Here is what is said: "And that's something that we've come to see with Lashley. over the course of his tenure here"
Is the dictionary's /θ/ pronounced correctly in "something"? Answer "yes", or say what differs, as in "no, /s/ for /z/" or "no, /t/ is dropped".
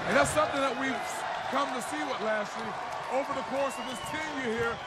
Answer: yes